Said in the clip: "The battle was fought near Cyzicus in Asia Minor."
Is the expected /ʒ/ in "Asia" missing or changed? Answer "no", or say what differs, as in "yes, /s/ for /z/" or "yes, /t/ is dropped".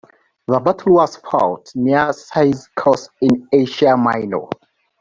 yes, /ʃ/ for /ʒ/